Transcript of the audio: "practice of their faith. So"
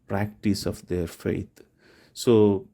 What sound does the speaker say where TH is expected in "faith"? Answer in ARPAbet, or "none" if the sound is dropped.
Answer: T